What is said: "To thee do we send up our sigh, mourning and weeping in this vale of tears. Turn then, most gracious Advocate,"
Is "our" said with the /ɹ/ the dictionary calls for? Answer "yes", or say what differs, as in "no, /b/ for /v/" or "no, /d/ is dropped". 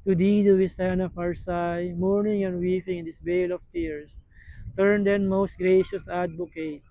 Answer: yes